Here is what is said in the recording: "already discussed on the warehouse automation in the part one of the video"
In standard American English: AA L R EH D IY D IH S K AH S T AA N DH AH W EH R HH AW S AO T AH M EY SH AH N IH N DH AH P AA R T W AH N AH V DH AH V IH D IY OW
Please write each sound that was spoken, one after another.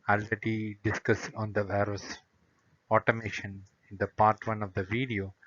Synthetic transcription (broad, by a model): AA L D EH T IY D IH S K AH S AA N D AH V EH R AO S AO T AH M EY SH AH N IH N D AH P AA R T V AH N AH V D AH V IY D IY OW